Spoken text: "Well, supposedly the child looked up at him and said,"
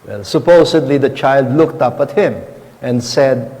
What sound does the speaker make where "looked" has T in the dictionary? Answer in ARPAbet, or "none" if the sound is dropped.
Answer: T